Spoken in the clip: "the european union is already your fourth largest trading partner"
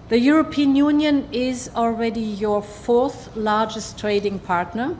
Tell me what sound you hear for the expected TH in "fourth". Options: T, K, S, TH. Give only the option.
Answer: TH